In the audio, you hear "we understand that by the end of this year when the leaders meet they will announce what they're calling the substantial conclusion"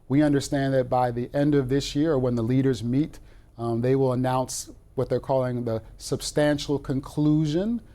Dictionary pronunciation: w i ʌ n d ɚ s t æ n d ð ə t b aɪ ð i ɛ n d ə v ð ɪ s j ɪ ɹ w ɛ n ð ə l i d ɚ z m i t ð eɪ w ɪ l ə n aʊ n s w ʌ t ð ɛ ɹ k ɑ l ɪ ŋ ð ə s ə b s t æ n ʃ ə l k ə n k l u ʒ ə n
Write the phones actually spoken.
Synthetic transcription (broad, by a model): w i ʌ n d ɚ s t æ n ð ə t b aɪ ð i ɛ n d ə v ð ɪ s j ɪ ɹ w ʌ n ð ə l i d ɚ z m i t ð eɪ w ɪ l ə n aʊ n s w ʌ t ð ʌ ɹ k ɑ l ɪ ŋ ð ə s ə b s t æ n ʃ l k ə n k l u ʒ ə n